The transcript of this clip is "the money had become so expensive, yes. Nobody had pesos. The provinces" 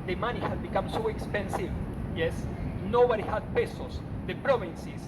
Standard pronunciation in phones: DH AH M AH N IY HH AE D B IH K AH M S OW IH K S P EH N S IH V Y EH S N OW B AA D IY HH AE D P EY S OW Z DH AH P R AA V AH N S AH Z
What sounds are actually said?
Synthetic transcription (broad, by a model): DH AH M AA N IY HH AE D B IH K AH M S OW IH K S P EH N S IH V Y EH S N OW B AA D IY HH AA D P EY S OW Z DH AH P R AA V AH N S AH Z